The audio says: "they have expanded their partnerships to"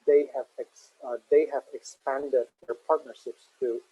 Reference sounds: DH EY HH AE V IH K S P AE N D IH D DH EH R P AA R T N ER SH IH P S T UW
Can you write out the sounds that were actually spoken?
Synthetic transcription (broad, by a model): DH EY HH AE V IH K S P AE N D IH D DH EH R P AA R T N ER SH IH P S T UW